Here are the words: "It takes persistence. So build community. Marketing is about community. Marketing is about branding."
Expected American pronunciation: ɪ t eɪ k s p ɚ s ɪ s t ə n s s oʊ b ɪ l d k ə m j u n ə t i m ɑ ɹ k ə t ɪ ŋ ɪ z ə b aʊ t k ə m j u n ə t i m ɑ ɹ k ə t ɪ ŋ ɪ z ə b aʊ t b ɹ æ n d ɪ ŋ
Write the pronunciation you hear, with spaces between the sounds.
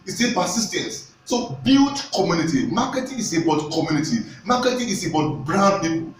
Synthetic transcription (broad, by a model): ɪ s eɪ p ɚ s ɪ s t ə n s s oʊ b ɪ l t k ə m j u n ə t i m ɑ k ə t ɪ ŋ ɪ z ə b aʊ t k ə m j u n ə t i m ɑ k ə t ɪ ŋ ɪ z ə b aʊ t b ɹ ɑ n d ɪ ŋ